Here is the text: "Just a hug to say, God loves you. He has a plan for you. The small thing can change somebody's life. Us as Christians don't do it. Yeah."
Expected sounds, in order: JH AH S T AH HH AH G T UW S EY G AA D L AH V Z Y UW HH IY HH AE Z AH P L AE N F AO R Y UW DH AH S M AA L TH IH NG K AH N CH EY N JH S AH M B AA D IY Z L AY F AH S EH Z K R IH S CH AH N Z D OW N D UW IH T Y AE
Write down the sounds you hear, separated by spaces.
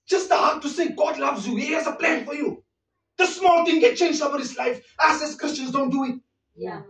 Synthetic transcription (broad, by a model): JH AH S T AH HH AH T UW S EY G AA D L AH V Z Y UW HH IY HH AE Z AH P L AE N F AO R Y UW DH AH S M AA L T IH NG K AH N CH EY N JH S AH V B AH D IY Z L AY F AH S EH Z K R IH S CH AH N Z D OW N D UW IH T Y